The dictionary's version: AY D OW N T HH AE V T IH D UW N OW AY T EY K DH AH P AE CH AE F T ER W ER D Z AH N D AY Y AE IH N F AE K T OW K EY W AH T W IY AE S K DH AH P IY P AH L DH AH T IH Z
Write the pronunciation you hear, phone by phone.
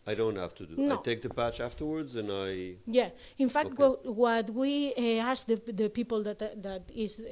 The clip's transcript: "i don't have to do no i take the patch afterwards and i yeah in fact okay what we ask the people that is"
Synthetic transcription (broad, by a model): AY D OW N T HH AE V T IH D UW N OW T EY K DH AH P AE CH AE F T ER W ER D Z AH N AY Y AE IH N F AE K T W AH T W IY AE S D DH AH P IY P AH L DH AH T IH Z